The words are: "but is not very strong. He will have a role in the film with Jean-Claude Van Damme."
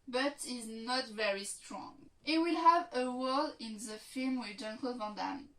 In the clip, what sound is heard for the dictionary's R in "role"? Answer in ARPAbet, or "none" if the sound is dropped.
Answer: W